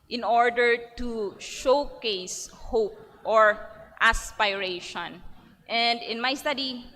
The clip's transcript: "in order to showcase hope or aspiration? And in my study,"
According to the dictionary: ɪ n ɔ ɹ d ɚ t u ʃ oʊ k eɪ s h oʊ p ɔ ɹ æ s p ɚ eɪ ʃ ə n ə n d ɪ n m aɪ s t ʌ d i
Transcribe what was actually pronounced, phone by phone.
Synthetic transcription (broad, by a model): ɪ n ɔ ɹ d ɚ t u ʃ oʊ k eɪ s h oʊ p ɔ ɹ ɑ s p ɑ eɪ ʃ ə n ə n d ɪ n m aɪ s t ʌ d i